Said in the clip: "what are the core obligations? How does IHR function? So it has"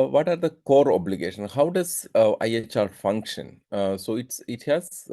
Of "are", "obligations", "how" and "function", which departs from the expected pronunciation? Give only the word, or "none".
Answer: obligations